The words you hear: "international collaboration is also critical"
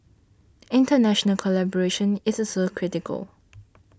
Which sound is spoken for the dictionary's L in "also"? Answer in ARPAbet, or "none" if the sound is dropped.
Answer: none